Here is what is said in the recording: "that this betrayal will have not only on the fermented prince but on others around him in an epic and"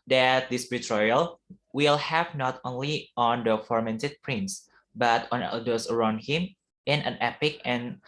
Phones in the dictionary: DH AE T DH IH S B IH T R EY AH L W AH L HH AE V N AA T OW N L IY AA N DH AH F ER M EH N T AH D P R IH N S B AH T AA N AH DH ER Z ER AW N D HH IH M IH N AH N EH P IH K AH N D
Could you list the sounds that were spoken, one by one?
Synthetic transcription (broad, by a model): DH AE T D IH S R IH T R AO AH L W AH L HH AE V N AA T OW N L IY AA N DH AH F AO M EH N T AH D P R IH N S B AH T AA N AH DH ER S ER AW N D HH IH M IH N AH N EH P IH K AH N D